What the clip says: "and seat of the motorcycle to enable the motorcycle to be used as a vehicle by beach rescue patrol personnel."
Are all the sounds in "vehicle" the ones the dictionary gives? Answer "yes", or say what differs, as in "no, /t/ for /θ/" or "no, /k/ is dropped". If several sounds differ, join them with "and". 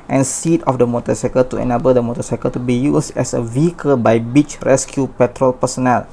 yes